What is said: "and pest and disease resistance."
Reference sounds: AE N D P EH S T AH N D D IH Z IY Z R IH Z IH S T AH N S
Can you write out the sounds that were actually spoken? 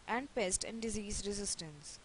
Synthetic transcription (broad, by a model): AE N D P EH S T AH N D D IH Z IY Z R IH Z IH S T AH N S